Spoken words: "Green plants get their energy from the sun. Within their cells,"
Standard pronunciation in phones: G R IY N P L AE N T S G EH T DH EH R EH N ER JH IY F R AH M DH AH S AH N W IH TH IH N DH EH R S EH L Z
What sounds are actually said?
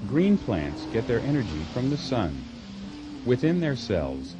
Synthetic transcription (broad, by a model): G R IY N P L AE N T S G EH T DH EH R EH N ER JH IY F R AH M DH AH S AH N W IH TH IH N DH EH R S EH L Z